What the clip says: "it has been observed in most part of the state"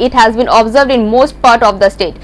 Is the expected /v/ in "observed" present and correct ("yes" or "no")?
yes